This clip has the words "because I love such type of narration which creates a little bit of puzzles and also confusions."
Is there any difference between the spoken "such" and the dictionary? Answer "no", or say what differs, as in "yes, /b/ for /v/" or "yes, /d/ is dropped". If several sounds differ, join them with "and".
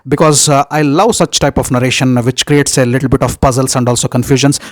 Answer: no